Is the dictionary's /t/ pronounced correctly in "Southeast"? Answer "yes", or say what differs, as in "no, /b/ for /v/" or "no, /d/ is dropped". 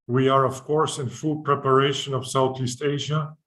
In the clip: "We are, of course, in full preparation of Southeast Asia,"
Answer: yes